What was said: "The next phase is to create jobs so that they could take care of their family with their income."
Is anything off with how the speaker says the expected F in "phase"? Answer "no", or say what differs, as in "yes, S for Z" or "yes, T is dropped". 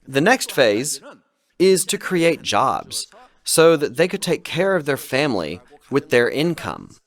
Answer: no